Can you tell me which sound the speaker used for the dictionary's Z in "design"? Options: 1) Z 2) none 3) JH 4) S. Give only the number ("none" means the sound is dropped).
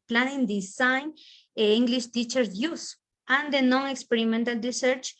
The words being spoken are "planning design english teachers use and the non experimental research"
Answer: 4